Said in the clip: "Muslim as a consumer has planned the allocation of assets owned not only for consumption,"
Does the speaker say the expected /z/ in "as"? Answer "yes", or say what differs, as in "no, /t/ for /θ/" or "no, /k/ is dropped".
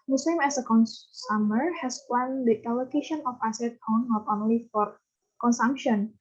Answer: no, /s/ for /z/